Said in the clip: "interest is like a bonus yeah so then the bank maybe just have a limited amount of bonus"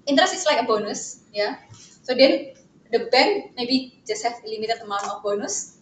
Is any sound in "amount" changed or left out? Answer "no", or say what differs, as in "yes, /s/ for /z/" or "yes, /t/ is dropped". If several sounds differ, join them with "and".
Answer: yes, /t/ is dropped